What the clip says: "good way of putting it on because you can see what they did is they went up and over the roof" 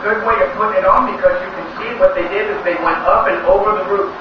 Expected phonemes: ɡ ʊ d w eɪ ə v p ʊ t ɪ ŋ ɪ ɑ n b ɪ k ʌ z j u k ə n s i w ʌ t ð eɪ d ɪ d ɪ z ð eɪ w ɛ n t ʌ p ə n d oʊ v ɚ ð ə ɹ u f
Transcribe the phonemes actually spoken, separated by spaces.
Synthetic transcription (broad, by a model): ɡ ʊ d w eɪ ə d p ʊ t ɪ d n b ɪ k ʌ z j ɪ k ə n s i w ʌ t ð eɪ d ɪ d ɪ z ð eɪ w ɛ n t ʌ p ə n oʊ v ɚ ð ə ɹ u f